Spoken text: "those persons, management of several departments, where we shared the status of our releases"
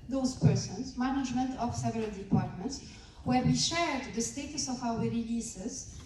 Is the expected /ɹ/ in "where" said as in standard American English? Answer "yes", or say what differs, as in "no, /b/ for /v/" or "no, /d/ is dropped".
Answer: yes